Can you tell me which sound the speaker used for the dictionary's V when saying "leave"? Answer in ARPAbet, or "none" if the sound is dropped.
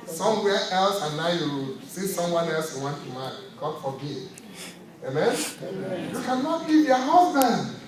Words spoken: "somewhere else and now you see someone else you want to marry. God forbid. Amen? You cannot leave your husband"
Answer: P